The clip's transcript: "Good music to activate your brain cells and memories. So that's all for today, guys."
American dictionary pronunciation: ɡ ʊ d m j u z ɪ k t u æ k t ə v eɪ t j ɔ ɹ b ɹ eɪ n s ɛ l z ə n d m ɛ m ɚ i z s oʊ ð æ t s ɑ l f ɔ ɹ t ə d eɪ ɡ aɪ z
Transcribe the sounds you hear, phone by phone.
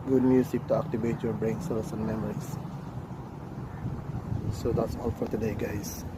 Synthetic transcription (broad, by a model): ɡ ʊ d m j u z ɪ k t u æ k t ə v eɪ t j ɔ ɹ b ɹ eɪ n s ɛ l s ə n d m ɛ m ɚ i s s oʊ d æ t s ɑ l f ɔ ɹ t ə d eɪ ɡ aɪ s